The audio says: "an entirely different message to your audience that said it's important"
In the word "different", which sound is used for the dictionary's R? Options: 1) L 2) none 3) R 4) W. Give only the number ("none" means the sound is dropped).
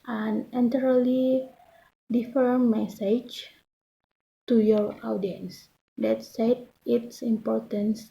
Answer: 2